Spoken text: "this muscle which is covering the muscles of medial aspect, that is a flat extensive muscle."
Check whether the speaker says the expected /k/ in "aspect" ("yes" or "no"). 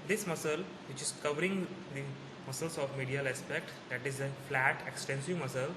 yes